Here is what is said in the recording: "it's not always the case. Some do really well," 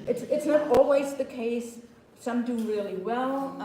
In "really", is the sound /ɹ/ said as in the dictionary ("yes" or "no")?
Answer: yes